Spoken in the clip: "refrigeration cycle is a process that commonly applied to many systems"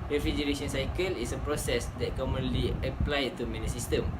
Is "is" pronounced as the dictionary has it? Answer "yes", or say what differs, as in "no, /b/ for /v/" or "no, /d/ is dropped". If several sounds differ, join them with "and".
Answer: no, /s/ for /z/